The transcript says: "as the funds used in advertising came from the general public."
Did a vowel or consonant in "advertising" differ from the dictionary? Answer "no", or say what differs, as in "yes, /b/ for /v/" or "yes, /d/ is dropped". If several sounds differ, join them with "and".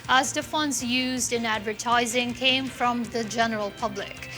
no